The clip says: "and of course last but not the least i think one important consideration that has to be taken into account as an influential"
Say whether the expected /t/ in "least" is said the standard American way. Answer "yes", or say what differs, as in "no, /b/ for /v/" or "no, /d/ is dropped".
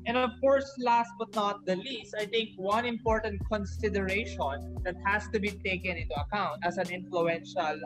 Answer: yes